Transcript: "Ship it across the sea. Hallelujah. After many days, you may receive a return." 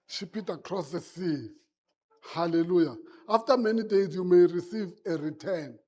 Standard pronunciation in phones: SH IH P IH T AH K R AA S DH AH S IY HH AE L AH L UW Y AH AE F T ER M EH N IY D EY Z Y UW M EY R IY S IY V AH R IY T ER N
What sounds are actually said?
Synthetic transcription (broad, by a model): SH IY P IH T AH K R AA S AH S IY HH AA L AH L UW Y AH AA F T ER M EH N IY D EY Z Y UW M EY R IY S IY V AH R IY T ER N